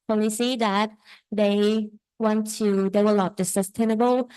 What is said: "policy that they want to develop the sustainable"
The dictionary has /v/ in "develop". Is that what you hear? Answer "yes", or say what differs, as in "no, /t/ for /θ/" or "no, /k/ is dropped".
no, /w/ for /v/